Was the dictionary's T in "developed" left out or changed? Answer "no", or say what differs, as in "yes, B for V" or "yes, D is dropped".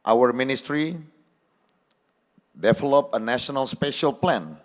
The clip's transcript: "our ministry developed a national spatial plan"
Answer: yes, T is dropped